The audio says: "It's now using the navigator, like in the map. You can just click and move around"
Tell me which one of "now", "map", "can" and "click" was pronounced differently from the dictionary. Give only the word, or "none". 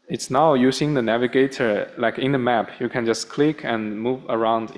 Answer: none